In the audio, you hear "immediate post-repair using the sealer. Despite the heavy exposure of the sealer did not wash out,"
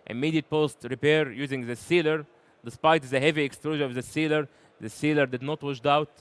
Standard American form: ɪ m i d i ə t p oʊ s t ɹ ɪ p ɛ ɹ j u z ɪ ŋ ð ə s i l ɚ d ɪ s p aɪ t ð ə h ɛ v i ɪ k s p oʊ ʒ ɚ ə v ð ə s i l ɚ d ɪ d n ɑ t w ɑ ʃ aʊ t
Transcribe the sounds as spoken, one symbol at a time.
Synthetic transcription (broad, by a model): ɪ m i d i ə t p oʊ s t ɹ ɪ p ɛ ɹ j u z ɪ ŋ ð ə s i l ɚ d ɪ s p aɪ t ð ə h ɛ v i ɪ k s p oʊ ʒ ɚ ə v ð ə s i l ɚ d ɪ d n ɑ t w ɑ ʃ aʊ t